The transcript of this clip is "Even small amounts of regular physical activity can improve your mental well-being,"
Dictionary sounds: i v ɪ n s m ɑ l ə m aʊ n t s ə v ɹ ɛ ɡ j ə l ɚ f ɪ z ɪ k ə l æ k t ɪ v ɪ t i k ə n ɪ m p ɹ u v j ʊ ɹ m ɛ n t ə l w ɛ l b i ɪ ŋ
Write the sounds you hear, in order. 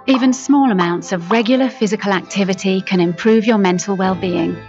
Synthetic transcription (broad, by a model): i v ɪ n s m ɑ l ə m aʊ n t s ə v ɹ ɛ ɡ j l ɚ f ɪ z ɪ k ə l æ k t ɪ v ɪ t i k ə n ɪ m p ɹ u v j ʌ m ɛ n t ə l w ɛ l b i ɪ ŋ